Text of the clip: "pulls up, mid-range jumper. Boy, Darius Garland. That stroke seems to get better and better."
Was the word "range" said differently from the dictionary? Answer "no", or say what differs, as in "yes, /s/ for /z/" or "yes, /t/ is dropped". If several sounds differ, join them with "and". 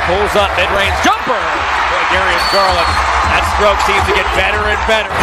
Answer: yes, /z/ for /dʒ/